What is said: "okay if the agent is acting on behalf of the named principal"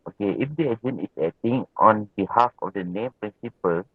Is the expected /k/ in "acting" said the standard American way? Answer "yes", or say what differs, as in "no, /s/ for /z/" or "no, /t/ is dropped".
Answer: no, /k/ is dropped